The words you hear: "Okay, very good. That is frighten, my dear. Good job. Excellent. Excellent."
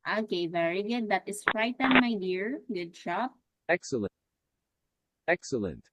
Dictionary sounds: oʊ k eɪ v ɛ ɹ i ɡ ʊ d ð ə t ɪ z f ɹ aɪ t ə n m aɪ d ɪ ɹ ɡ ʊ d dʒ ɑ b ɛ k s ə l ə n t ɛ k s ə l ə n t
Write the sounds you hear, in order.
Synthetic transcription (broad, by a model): oʊ k eɪ v ɛ ɹ i ɡ ʊ d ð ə t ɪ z f ɹ aɪ t ə n m aɪ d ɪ ɹ ɡ ʊ d ʃ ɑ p ɛ k s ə l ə ɛ k s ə l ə n t